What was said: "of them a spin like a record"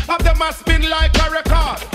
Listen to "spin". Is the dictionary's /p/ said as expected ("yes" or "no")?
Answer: no